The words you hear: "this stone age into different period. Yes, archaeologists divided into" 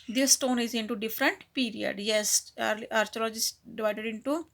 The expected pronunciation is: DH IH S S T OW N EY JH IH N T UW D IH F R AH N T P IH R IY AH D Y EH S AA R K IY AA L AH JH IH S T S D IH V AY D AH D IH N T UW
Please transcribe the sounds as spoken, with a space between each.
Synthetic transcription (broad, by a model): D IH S S T OW N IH Z IH N T UW D IH F R AH N T P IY R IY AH D Y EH S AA R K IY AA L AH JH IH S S D IH V AY D AH D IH N T UW